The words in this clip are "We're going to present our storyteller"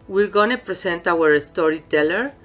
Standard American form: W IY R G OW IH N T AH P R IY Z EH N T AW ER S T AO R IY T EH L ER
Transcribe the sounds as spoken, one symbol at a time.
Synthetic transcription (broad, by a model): W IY R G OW N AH P R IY S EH N T AW ER S T AO R IY T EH L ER